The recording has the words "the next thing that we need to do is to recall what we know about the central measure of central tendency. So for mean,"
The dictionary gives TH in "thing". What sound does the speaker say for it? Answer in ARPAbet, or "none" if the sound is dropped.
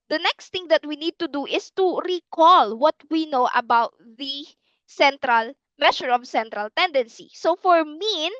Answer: T